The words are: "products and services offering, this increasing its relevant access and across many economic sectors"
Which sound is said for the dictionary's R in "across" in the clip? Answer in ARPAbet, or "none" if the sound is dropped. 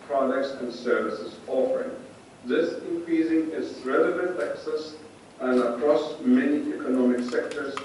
R